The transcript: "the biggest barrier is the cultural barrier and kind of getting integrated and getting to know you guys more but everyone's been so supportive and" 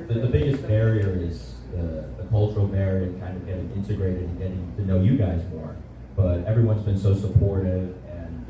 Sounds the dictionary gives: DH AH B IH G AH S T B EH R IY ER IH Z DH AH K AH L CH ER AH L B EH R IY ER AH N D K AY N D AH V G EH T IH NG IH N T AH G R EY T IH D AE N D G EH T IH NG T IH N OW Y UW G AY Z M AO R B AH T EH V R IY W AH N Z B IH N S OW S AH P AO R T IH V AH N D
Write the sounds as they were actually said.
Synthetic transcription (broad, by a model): DH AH B IH G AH S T B EH R IY ER IH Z DH AH K AH L CH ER L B EH R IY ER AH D K AY N D AH V G EH T IH NG IH N T AH G R EY T IH D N G EH T IH NG T IH N OW Y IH G AY Z M AO R B AH T EH V R IY W AH N Z B IH N S OW S AH P AO R T IH V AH N